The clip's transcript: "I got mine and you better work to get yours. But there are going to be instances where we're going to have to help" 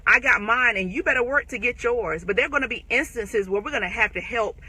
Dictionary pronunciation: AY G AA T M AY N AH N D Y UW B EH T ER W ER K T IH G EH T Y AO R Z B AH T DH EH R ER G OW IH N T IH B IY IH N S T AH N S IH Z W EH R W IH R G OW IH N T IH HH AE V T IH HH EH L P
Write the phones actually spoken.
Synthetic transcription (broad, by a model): AY G AA T M AY N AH N Y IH B EH T ER W ER K T IH G EH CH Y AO R Z B AH T DH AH R G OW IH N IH B IY IH N S T AH N S IH Z W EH R W IH R G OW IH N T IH HH AE F T IH HH EH L P